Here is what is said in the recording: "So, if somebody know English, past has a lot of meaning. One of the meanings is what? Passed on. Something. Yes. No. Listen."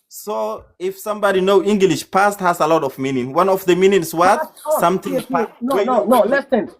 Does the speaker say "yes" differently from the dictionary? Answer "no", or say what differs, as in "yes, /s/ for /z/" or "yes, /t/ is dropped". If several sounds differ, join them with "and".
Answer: yes, /s/ is dropped